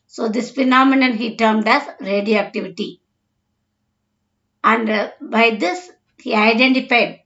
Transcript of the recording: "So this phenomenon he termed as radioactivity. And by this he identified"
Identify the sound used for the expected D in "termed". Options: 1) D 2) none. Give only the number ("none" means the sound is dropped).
1